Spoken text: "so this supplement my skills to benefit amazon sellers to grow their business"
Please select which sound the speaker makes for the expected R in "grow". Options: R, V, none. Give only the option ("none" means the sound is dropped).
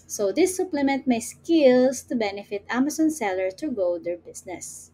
none